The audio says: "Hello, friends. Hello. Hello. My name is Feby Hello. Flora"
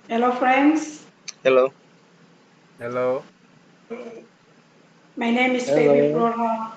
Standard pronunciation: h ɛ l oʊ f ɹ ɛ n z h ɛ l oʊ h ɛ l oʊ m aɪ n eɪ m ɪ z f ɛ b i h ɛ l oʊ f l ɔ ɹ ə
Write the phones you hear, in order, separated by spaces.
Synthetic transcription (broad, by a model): h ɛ l oʊ f ɹ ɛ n s h ɛ l oʊ h ɛ l oʊ m aɪ n eɪ m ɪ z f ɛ i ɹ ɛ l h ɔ